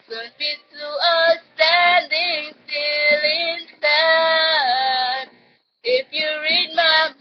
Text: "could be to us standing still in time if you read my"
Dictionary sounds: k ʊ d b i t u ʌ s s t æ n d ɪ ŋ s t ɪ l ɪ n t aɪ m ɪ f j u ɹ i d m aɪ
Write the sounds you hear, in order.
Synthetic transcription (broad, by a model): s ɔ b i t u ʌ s s t æ n d ɪ ŋ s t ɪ l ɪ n s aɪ ɪ f j u ɹ i d m aɪ